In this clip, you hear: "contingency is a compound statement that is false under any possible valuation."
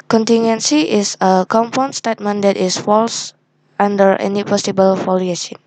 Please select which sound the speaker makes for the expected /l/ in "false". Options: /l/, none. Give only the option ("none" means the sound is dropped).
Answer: /l/